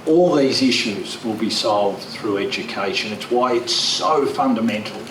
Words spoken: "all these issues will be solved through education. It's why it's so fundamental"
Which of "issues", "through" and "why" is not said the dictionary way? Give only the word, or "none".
none